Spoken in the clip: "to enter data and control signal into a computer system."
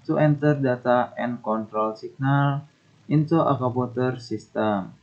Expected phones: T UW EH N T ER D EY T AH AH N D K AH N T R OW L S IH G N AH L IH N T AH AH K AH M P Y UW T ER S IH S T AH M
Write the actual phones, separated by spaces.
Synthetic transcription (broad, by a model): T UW EH N T ER D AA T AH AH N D K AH N T R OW L S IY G N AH L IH N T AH AH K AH P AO T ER S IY S T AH M